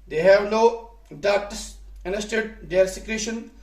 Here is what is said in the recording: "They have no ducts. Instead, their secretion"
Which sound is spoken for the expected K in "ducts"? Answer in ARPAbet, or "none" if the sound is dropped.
none